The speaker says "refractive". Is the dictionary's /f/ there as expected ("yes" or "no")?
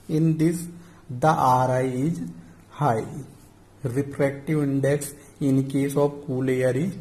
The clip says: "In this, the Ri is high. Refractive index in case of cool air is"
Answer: no